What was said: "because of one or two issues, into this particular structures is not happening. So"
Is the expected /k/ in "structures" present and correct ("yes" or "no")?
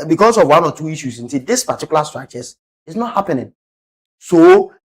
no